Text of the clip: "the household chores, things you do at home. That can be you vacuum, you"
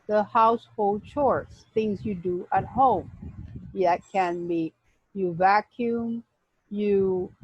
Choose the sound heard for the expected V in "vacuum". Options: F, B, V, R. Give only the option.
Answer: V